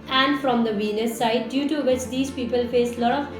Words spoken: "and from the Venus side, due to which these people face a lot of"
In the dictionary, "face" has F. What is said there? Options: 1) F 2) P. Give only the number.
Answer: 1